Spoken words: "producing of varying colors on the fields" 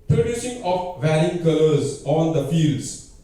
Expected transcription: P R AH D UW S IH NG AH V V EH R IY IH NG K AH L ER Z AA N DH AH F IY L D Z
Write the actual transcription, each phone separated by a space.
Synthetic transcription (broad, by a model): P R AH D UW S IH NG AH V V EH R IY IH NG K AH L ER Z AA N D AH F IY L D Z